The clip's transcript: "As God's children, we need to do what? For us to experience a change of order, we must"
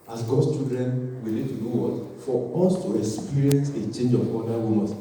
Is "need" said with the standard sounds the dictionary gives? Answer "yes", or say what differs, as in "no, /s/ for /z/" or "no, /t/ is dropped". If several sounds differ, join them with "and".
no, /l/ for /n/